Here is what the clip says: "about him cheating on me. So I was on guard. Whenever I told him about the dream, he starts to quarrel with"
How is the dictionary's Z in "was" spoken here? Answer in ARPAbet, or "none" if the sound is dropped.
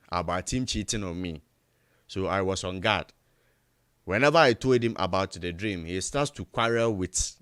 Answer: S